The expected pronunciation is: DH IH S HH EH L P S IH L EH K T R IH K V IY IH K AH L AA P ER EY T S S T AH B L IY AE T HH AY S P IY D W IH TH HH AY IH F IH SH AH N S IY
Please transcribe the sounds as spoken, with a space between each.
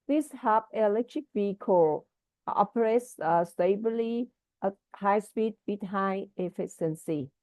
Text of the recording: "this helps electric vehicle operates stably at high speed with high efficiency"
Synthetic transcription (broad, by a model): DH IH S HH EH P IH L EH K T R IH K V IY K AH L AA P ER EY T S S T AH B L IY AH HH AY S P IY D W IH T HH AY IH F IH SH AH N S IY